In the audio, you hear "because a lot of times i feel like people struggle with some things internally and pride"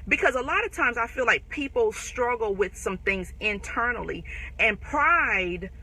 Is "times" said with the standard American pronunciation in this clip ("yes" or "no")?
yes